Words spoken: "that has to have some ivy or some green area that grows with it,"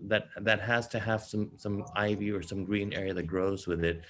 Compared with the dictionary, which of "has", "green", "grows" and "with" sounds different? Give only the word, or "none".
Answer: none